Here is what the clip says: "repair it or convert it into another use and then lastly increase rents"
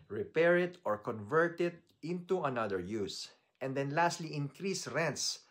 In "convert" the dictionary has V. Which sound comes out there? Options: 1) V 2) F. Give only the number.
1